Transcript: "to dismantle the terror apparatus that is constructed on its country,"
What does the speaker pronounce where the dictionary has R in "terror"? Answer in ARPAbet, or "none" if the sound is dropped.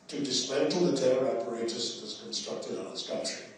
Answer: none